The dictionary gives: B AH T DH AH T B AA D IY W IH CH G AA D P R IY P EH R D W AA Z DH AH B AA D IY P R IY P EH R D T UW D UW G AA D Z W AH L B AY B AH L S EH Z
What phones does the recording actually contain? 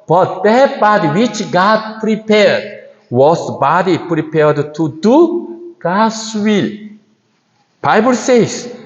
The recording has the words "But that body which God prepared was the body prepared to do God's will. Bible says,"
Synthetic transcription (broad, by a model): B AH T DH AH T B AA D IY W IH CH G AA D P R IY P EH R D W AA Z B AA D IY P R IY P EH R D T UW D UW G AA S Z W AH L B AY B AH L S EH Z